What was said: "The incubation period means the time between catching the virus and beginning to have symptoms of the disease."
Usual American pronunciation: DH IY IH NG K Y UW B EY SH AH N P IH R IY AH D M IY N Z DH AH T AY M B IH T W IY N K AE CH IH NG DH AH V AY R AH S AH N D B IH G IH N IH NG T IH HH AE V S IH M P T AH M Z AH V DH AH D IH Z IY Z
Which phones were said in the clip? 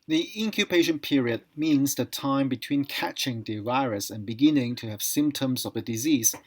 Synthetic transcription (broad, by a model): DH IY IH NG K Y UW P EY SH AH N P IH R IY AH D M IY N Z DH AH T AY M B IH T W IY N K AE CH IH NG DH AH V AY R AH S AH N B IH G IH N IH NG T IH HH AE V S IH M P T AH M Z AH V DH AH D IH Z IY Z